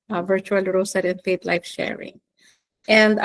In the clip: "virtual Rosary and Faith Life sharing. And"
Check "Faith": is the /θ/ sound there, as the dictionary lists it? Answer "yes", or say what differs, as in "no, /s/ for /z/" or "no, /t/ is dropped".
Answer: no, /t/ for /θ/